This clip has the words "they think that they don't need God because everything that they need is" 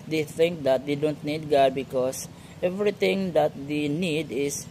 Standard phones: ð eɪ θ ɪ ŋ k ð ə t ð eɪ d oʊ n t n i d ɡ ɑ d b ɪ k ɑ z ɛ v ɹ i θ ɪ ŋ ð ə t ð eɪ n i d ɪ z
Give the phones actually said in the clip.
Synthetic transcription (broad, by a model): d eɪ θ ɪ ŋ k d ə t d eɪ d oʊ n t n i d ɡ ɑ b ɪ k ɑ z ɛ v ɹ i t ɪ ŋ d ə t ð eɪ n i d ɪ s